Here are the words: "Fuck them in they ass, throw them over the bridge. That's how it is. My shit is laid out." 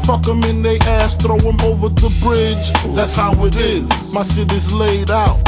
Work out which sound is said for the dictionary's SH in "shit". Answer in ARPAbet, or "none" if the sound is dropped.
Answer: S